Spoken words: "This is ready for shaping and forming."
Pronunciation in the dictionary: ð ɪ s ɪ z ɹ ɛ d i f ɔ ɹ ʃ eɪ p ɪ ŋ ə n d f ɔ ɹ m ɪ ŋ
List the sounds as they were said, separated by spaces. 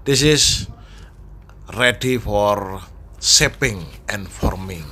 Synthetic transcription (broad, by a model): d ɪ s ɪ s ɹ ɛ d i f ɔ ɹ s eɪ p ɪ ŋ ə n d f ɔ ɹ m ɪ ŋ